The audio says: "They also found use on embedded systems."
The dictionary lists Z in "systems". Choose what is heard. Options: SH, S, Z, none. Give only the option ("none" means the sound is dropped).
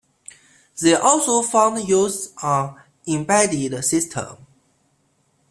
none